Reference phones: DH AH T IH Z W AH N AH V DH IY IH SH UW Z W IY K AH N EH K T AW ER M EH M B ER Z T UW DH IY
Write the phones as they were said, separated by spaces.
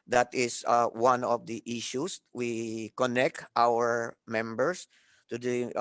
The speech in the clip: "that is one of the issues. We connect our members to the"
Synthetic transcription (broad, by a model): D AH T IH S W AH N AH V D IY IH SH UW S W IY K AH N EH K T AW ER M EH M B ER S T UW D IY